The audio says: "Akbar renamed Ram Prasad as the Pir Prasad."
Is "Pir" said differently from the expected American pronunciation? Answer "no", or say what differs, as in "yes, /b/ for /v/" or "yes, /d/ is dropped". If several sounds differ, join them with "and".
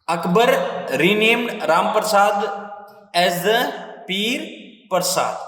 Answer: no